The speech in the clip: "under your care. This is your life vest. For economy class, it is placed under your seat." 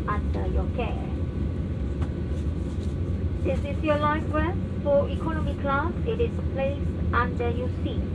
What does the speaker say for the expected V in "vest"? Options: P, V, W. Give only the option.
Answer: W